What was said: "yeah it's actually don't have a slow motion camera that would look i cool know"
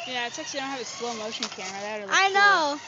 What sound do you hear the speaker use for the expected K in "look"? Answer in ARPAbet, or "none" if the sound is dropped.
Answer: none